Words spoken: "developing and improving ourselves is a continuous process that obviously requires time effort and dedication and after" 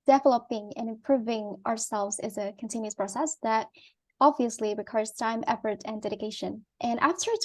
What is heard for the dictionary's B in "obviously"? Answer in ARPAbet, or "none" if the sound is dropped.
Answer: B